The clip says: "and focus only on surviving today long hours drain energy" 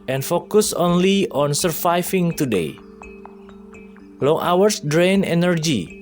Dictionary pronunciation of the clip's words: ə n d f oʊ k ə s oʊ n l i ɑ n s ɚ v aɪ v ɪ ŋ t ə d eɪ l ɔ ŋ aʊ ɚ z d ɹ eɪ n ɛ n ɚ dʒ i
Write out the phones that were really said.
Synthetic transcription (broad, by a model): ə n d f oʊ k ə s oʊ n l i ɑ n s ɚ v aɪ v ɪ ŋ t ə d eɪ l ɔ ŋ aʊ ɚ s d ɹ eɪ n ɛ n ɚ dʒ i